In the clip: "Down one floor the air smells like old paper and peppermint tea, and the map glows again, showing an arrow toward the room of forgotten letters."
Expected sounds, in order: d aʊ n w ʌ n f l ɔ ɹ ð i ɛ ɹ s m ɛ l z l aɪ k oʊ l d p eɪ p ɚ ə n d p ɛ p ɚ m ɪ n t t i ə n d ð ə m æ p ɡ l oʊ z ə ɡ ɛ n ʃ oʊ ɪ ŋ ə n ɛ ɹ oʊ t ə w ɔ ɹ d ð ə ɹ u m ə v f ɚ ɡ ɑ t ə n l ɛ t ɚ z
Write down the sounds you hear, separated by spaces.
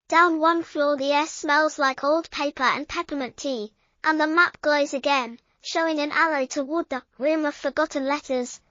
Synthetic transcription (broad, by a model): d aʊ n w ʌ n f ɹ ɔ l ð i ɛ ɹ s m ɛ l z l aɪ k oʊ l d p eɪ p ɚ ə n p ɛ p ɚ m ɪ n t t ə n ð ə m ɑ p ɡ l oʊ z ə ɡ ɛ n ʃ oʊ ɪ ŋ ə n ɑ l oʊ t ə w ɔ d ð ə ɹ u m ə v f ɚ ɡ ɑ t n l ɛ t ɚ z